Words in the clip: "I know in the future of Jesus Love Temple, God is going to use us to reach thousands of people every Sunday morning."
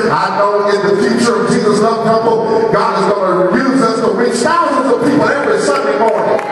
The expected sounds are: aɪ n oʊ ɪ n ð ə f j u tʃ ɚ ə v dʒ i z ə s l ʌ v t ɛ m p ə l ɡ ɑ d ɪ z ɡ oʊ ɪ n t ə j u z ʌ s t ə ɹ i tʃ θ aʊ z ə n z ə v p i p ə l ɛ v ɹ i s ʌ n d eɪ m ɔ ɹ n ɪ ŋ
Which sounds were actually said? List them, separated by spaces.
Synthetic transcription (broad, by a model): aɪ n oʊ ɪ n ð ə f j u tʃ ɚ ə v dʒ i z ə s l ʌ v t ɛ p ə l ɡ ɑ d ɪ z ɡ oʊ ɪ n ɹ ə j u z ʌ s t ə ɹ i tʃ θ aʊ z ə n z ə v p i p l ɛ v ɹ i s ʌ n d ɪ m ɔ ɹ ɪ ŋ